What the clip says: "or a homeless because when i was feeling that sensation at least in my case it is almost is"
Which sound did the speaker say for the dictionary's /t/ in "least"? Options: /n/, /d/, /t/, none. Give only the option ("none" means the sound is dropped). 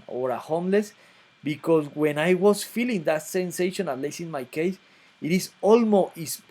none